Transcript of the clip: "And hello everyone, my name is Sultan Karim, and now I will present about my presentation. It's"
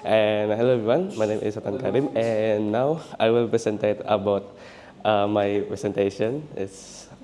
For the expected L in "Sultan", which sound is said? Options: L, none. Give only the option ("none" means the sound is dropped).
none